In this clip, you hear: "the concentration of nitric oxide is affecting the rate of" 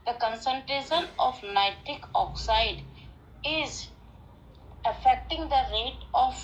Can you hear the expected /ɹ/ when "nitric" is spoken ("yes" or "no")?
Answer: no